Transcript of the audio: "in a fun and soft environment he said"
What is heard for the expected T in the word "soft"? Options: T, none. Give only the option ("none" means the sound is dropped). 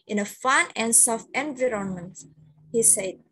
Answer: none